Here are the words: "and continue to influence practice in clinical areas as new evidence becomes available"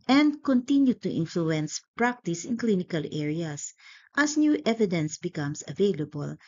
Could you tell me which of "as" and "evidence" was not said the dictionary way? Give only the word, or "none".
as